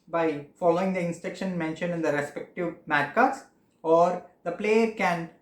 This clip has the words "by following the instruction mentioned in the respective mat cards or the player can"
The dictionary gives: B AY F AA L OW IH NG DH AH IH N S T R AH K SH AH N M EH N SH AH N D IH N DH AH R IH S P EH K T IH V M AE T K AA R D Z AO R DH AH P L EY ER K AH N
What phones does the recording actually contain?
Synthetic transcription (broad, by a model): B AY F AA L OW IH NG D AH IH N S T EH K SH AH N M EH N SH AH N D IH N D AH R IH S P EH K T IH V M AE T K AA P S AO R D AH P L EY ER K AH N